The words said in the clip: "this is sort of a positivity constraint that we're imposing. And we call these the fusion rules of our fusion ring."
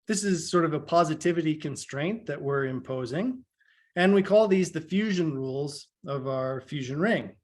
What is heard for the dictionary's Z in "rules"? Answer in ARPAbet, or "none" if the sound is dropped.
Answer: Z